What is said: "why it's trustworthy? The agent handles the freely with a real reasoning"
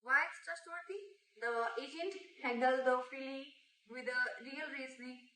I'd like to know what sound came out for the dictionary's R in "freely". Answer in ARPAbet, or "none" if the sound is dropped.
none